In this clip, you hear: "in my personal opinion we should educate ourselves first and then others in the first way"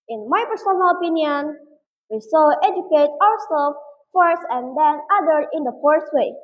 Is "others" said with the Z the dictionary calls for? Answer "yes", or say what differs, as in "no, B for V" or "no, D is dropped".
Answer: no, Z is dropped